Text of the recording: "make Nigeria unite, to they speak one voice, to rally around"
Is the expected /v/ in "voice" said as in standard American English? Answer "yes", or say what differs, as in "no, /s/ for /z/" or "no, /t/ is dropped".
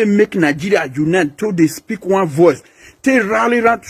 yes